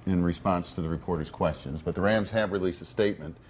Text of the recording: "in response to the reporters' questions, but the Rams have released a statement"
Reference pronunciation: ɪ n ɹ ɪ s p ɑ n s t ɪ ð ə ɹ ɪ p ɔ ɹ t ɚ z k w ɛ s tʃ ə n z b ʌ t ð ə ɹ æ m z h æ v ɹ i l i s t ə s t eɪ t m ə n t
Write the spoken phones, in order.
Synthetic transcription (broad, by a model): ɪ n ɹ ɪ s p ɑ n s t ɪ ð ə ɹ ɪ p ɔ ɹ t ɚ z k w ɛ s tʃ ə n z b ʌ t ð ə ɹ æ m z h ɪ v ɹ i l i s t ə s t eɪ t m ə n t